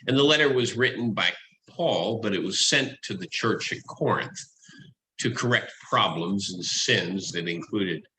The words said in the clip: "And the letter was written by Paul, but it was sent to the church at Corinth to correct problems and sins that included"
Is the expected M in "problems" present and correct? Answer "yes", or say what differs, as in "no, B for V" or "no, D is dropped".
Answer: yes